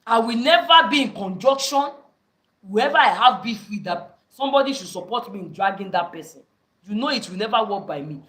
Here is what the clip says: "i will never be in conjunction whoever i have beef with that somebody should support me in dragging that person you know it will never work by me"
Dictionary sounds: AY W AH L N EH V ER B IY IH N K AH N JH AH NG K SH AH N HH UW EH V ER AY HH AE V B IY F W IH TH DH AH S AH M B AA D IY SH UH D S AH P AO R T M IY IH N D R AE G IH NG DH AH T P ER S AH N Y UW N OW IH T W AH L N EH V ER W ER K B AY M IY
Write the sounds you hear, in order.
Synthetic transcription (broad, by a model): AY W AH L N EH V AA B IY IH N K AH N JH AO K SH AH N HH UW EH V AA AY HH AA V B IY F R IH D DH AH S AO M B AA D IY SH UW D S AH P AO T M IY IH N D R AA G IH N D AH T P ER S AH N Y UW N OW IH T W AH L N EH V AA W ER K B AY M IY